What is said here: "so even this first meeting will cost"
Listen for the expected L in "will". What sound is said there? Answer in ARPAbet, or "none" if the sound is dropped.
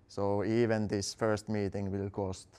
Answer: L